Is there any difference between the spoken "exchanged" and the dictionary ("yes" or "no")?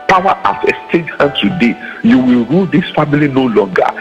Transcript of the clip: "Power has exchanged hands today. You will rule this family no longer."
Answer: yes